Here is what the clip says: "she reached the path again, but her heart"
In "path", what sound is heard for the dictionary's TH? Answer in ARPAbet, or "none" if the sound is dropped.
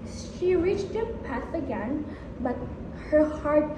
S